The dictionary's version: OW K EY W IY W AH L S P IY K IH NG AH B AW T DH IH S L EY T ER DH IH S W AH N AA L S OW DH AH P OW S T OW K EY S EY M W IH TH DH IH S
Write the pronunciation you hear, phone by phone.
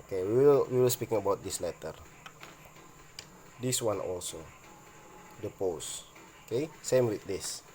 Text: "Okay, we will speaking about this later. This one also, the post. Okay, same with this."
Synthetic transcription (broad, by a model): K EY W IY W AH L S P IY K IH NG AH B AW T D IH S L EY T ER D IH S W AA N AA L S OW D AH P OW S OW K EY S EY M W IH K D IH S